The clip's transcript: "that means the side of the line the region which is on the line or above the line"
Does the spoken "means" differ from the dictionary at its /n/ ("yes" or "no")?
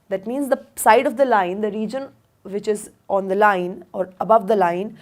no